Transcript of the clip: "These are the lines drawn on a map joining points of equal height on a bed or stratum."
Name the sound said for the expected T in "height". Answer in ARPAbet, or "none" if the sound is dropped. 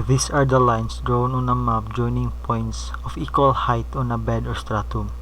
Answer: T